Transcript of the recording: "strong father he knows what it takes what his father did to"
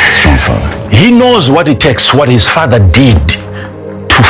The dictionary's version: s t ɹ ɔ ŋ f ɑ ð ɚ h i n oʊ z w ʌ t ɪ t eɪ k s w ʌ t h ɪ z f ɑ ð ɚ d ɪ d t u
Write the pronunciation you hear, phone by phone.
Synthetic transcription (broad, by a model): s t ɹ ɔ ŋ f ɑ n h i n oʊ z w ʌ t ɪ t eɪ k s w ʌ t h ɪ z f ɑ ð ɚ d ɪ d t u